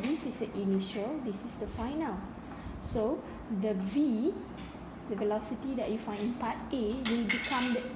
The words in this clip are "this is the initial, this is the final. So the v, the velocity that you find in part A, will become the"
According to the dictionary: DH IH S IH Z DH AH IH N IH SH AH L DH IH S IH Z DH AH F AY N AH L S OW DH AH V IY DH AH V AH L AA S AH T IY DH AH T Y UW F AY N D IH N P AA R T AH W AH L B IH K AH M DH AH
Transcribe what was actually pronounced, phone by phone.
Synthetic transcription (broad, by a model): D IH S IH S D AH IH N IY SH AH L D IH S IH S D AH F AY N AH L S OW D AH V IY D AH V AH L AA S AH T IY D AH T Y UW F AY N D IH N P AA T AH W AH L B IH K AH M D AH